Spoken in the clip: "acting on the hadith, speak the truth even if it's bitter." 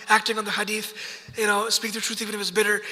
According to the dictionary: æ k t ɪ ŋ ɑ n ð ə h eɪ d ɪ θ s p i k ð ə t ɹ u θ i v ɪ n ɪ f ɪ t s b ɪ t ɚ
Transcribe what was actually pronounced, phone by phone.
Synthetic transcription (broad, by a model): æ k t ɪ ŋ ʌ n ð ə h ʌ d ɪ θ s p i k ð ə t ɹ u θ i v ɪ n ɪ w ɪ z b ɪ t ɚ